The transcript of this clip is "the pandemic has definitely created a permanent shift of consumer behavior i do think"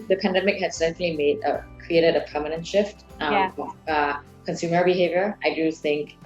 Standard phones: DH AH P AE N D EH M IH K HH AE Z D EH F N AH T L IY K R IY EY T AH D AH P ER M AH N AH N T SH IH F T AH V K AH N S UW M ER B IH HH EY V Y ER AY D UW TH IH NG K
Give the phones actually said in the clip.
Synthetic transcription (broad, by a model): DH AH P AE N D EH M IH K HH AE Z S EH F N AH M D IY K R IY EY T AH D AH P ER M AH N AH N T SH IH F T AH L K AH N S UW M ER B IH HH EY V Y ER AY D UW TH IH NG K